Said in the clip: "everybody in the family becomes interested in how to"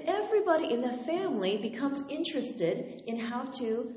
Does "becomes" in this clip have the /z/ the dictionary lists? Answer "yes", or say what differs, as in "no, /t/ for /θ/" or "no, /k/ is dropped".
yes